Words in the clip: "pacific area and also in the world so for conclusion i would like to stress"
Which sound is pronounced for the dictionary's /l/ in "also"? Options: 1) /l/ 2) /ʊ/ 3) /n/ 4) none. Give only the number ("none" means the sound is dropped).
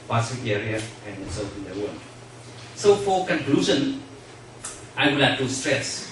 4